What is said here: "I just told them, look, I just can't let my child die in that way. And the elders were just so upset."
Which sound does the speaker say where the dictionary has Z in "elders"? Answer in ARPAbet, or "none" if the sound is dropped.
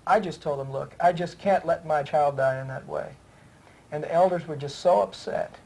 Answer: Z